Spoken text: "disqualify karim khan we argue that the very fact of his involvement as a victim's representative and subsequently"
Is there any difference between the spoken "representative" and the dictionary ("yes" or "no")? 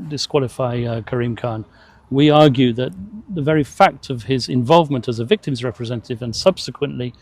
no